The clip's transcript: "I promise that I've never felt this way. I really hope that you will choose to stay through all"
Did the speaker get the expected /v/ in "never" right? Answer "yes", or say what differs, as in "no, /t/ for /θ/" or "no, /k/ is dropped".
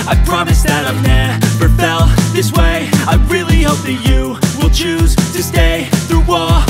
no, /b/ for /v/